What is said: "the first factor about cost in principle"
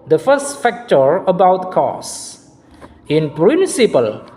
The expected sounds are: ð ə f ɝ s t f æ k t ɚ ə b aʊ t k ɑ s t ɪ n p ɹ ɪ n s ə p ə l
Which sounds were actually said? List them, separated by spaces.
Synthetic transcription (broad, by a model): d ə f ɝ s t f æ k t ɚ ə b aʊ t k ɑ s ɪ n p ɹ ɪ n s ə p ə l